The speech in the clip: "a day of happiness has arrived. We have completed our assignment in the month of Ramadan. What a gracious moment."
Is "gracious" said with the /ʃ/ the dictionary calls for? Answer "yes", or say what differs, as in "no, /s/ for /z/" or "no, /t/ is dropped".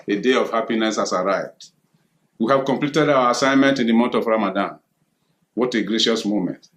yes